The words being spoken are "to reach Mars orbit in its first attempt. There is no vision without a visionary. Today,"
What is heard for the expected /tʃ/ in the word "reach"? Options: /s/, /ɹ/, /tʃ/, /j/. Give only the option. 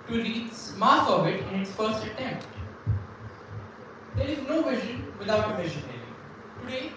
/s/